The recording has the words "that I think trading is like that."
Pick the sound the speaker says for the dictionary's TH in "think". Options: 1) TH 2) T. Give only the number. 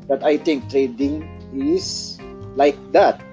2